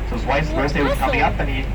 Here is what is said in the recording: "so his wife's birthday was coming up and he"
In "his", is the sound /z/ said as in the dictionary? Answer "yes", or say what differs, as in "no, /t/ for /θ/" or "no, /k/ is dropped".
no, /s/ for /z/